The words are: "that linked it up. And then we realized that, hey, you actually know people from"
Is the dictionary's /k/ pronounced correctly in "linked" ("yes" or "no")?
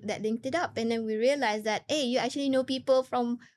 no